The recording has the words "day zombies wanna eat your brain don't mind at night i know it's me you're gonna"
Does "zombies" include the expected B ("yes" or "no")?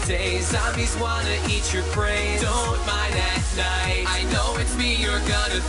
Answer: no